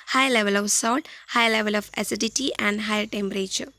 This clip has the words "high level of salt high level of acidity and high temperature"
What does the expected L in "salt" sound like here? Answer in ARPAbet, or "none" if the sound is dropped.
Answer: none